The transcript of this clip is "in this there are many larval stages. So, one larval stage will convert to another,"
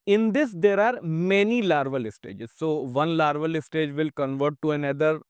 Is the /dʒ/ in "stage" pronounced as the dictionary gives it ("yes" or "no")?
yes